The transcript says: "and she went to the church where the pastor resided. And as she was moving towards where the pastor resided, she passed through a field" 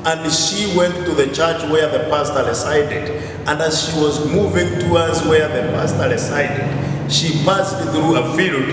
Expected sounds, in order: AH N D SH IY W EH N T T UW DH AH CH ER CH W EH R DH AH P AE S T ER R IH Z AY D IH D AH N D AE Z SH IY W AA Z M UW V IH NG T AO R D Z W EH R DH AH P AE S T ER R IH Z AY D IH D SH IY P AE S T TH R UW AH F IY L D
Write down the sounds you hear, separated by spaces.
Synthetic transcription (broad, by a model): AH N D SH IY W EH N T T UW DH AH CH ER CH W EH R DH AH P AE S T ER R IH S AY D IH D AH N D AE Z SH IY W AA Z M UW V IH NG T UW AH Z W EH R DH AH P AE S T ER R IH S AY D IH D SH IY F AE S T TH R UW AH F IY L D